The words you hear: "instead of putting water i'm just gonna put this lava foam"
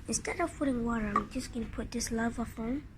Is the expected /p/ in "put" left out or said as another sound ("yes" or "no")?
no